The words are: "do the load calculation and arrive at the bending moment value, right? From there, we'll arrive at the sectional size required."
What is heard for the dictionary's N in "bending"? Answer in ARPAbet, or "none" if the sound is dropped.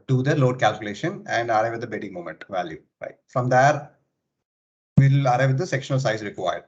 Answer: none